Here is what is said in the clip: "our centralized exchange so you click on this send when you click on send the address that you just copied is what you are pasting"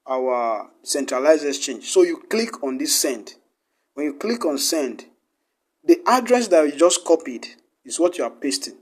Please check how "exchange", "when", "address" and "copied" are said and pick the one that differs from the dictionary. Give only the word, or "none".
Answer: exchange